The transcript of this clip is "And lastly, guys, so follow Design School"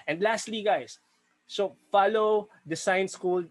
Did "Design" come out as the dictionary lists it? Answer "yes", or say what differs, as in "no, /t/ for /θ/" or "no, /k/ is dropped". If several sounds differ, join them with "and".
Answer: no, /s/ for /z/